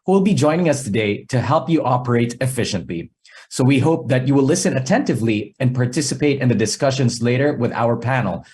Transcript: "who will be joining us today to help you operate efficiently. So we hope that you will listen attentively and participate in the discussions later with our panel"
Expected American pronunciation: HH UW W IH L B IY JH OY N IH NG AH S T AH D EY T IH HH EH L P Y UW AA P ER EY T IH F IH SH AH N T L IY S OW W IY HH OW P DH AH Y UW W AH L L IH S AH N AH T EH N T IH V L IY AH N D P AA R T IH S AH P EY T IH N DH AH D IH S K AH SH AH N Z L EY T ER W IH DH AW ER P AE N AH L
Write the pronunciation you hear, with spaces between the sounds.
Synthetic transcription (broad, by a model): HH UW W IH L B IY JH OY N IH NG AH S T AH D EY T IH HH EH L P Y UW AA P ER EY T IH F IH SH AH N T L IY S OW W IY HH OW P DH AH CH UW W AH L L IH S AH N AH T EH N T IH V L IY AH N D P AA R T IH S AH P EY T IH N DH AH D IH S K AH SH AH N Z L EY T ER W IH DH AW ER P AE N L